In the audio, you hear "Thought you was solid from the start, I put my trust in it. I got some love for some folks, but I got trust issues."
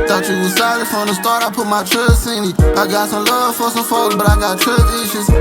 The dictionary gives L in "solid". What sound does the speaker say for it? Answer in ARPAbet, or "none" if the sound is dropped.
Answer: none